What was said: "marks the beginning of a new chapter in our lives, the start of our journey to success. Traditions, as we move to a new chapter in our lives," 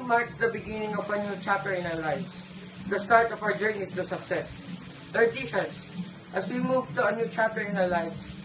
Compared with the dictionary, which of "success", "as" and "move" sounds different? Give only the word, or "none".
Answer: as